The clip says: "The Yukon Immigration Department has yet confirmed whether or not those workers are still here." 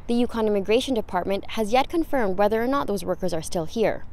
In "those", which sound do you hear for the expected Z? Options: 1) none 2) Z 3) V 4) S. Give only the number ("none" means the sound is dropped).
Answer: 2